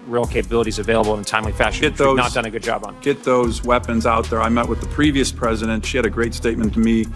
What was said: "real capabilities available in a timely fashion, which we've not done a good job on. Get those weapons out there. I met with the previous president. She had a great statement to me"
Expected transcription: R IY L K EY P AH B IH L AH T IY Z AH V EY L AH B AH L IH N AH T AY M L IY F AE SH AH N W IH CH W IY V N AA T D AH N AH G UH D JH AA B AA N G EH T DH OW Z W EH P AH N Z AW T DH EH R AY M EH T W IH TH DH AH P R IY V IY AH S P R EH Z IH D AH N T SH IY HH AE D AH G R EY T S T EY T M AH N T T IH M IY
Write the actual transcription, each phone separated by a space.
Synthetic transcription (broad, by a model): R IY L K EY P AH B IH L AH T IY Z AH V EY L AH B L IH N T AY M L IY F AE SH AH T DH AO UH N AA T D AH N AH G UH D JH AA B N G EH T DH OW Z W EH P AH N Z AW T DH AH R AY M EH T W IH DH AH P R IY V IY AH S P R EH Z IH D AH N T SH IY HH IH D AH G R EY T S T EY T M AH N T T IH M IY